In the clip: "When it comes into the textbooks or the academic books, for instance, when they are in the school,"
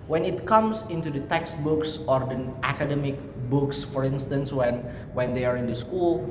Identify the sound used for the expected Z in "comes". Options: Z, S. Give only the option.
S